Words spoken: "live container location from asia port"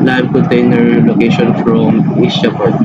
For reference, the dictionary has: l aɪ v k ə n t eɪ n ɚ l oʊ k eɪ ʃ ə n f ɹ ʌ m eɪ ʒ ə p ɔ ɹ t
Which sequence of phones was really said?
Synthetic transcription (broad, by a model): l aɪ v k ə n t eɪ n ɚ l oʊ k eɪ ʃ ə n f ɹ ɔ m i s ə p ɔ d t